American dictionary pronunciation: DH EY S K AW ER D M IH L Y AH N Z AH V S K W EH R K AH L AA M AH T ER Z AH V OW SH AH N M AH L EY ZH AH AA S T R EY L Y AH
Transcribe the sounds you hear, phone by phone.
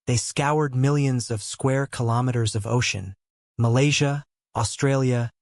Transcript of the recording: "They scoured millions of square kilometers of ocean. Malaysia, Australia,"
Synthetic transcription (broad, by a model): DH EY S K AW ER D M IH L Y AH N Z AH V S K W EH R K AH L AA M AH T ER Z AH V OW SH AH N M AH L EY ZH AH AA S T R EY L Y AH